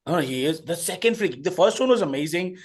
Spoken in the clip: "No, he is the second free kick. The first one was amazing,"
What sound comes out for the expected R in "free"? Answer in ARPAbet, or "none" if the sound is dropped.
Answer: L